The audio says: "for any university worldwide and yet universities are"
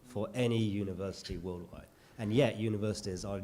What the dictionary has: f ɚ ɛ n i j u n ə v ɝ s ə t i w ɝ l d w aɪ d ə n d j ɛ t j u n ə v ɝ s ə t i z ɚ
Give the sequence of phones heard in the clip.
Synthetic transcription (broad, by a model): f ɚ ɛ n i j u n ə v ɝ s ə t i w ɝ l d w aɪ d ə n j ɛ t j u n ə v ɝ s ə t i z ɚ